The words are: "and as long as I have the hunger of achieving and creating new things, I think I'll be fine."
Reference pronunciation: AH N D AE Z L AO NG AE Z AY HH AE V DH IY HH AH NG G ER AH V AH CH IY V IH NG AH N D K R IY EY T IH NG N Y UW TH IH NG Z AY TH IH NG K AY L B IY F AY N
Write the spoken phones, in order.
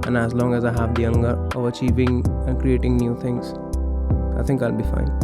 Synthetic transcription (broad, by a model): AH N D AE Z L AO NG AE Z AY HH AE V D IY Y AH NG G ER AH V AH CH IY V IH NG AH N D K R IY EY T IH NG N Y UW T IH NG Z AY T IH NG K AY L B IY F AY N